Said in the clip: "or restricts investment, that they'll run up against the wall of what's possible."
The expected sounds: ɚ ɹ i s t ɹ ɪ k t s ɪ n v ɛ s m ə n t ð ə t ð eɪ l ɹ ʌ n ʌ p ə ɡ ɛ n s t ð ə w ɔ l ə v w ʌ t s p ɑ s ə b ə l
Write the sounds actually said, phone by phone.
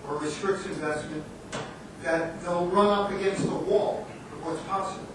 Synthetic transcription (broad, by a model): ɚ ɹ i s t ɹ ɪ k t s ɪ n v ɛ s m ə n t ð ə t ð eɪ l ɹ ʌ n ʌ p ə ɡ ɛ n s t ð ə w ɔ l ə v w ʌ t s p ɑ s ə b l